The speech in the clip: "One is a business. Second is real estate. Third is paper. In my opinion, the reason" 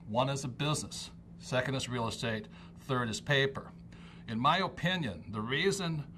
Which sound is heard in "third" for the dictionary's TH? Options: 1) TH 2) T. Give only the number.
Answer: 1